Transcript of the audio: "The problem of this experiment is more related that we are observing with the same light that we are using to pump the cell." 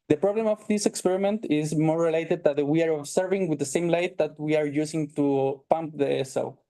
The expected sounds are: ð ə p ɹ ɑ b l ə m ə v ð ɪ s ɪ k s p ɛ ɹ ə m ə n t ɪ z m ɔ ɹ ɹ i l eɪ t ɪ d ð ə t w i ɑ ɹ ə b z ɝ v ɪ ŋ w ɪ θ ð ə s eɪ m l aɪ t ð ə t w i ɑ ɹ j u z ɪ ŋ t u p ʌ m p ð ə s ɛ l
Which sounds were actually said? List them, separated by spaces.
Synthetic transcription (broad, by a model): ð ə p ɹ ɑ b l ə m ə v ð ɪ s ɪ k s p ɛ ɹ ə m ə n t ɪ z m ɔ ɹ ɹ i l eɪ t ɪ d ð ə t w i ɑ ɹ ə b s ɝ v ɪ ŋ w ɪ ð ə s eɪ m l aɪ t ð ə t w i ɑ ɹ j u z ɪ ŋ t u p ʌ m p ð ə s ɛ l